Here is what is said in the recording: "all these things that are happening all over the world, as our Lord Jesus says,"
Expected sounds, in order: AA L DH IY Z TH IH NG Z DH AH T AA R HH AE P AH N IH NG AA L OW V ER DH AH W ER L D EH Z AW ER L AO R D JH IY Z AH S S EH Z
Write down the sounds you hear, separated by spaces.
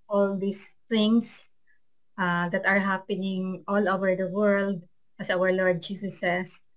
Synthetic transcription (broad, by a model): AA L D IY S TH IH NG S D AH T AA R HH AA P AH N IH NG AA L OW V ER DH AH W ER L D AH S AW ER L AO R D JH IY S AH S S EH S